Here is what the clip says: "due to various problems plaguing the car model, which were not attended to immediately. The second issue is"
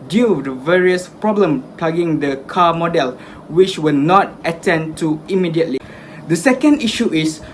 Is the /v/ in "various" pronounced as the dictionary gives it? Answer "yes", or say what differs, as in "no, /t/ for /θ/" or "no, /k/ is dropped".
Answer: yes